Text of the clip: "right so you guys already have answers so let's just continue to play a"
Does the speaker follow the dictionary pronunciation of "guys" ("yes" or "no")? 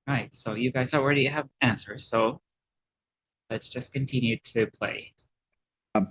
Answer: yes